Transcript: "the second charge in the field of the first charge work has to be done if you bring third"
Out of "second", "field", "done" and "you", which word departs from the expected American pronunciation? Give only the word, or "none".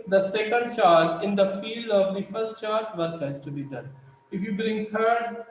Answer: none